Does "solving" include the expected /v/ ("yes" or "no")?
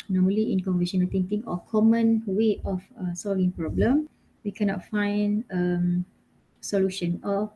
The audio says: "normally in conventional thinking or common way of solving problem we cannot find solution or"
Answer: yes